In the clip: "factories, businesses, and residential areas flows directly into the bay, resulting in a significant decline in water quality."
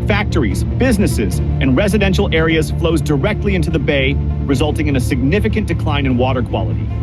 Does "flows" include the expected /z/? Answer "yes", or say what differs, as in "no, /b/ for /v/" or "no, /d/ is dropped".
yes